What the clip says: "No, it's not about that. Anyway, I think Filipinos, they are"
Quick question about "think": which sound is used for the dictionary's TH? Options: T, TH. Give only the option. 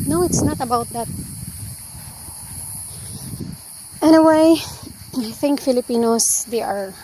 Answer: TH